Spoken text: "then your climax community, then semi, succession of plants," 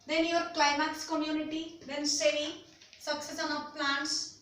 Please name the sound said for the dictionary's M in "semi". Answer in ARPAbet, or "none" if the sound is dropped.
none